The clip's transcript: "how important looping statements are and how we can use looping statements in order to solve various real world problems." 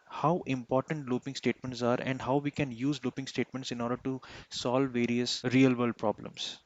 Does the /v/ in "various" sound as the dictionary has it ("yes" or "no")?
yes